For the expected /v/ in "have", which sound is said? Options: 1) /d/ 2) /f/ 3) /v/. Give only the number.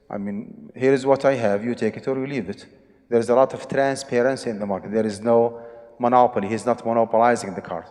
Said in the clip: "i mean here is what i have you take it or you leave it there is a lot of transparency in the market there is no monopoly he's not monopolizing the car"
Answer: 3